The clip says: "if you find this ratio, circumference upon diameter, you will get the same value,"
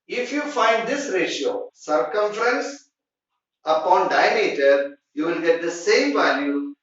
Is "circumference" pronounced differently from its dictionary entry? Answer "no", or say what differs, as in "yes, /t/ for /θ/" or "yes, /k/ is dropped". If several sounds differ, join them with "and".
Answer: no